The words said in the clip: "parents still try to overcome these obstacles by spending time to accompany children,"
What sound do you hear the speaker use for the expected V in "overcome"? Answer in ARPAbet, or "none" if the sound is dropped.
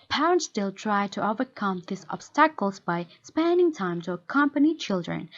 V